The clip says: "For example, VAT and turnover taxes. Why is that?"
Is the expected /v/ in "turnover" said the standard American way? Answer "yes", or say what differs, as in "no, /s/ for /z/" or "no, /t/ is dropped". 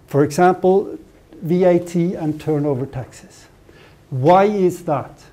yes